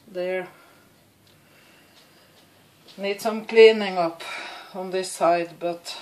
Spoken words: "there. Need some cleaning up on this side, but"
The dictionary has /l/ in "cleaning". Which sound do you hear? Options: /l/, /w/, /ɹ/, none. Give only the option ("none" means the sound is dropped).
/l/